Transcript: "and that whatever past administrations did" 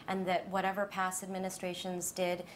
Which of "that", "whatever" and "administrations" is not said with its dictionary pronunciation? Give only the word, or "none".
none